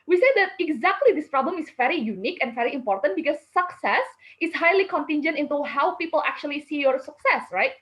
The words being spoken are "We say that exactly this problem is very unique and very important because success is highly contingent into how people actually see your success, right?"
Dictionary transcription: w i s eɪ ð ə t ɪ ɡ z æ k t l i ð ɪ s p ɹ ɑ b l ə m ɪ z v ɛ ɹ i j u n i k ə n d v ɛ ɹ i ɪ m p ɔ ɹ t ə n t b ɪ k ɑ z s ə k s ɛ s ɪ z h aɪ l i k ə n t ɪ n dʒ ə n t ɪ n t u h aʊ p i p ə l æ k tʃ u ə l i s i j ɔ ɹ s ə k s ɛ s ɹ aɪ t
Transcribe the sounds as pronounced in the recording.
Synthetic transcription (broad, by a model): w i s eɪ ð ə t ɪ ɡ z æ k t l i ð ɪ s p ɹ ɑ b l ə m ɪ s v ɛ ɹ i j u n i k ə n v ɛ ɹ i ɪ m p ɔ ɹ t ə n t b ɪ k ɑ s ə k s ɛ s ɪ s h aɪ l i k ə n t ɪ n dʒ ə n t ɪ n t u h aʊ p i p ə l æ k tʃ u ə l i s i j ɔ ɹ s ə k s ɛ s ɹ aɪ t